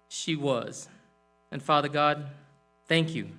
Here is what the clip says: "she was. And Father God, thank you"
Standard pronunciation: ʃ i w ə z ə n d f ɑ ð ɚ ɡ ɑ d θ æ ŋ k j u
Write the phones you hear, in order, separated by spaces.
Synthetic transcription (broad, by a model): ʃ i w ə z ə n f ɑ ð ɚ ɡ ɑ d θ æ ŋ k j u